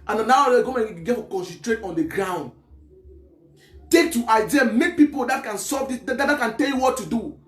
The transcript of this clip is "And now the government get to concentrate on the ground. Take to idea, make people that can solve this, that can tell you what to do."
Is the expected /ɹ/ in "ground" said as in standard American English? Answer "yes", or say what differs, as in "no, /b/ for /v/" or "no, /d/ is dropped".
yes